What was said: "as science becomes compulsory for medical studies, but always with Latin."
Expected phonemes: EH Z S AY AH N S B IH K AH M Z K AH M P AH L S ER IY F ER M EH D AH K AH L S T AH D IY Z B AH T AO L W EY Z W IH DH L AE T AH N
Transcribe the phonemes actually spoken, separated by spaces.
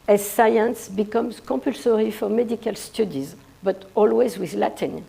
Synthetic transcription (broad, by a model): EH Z S AY AH N S B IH K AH M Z K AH P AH L S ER IY F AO M EH D AH K AH L S T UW D IY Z B AH T AO L W EY Z W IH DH L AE T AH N